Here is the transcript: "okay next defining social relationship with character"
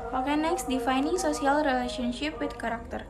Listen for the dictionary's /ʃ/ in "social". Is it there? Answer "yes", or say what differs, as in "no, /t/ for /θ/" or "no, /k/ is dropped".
no, /s/ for /ʃ/